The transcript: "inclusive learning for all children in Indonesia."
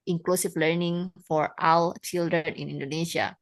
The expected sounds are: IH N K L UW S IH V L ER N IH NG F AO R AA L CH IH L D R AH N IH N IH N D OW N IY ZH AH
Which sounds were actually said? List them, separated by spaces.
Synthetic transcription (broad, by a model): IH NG K L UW S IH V L ER N IH NG F AO R AA W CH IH L D R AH N IH N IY N D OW N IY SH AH